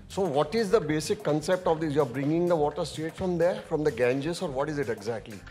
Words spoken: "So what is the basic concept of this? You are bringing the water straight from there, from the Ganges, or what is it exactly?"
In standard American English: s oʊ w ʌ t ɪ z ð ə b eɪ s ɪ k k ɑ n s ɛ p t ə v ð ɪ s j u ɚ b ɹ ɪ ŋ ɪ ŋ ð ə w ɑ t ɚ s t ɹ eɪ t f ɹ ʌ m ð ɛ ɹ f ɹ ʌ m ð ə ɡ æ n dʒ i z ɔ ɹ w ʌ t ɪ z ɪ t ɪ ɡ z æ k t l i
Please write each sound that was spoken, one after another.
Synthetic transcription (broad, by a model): s oʊ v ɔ t ɪ z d ə b eɪ s ɪ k k ɑ n s ɛ p t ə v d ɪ j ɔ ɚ b ɹ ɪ ŋ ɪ ŋ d ə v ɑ t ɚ s t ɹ eɪ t f ɹ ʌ m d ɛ ɹ f ɹ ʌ m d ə ɡ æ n dʒ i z ɔ ɹ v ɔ t ɪ z ɪ t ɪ ɡ z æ k t l i